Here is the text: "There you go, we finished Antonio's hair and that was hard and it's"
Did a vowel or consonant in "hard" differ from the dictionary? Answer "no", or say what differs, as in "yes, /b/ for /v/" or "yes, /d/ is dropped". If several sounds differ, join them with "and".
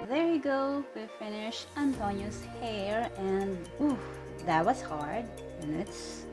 no